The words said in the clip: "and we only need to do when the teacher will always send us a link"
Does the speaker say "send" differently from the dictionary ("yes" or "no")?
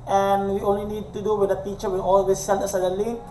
yes